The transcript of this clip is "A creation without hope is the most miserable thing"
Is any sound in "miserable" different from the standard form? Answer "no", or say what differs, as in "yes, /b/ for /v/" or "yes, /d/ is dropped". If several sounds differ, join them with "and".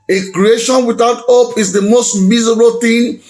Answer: yes, /ɹ/ is dropped